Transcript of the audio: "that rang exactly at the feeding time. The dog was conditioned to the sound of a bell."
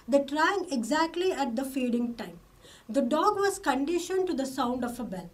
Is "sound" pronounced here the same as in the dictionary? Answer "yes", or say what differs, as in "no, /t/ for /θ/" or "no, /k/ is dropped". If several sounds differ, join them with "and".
yes